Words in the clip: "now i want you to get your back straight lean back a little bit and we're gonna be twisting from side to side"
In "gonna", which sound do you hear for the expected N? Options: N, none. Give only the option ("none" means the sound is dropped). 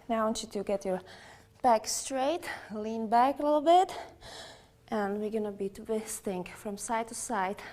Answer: N